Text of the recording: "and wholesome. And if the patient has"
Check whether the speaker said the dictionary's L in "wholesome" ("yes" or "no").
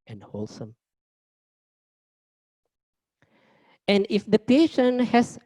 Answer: yes